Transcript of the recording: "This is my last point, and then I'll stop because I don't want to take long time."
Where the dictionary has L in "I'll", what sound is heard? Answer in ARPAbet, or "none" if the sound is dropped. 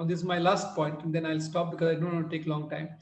L